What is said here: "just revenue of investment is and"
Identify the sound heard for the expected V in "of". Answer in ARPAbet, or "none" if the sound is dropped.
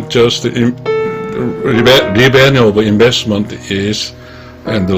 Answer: B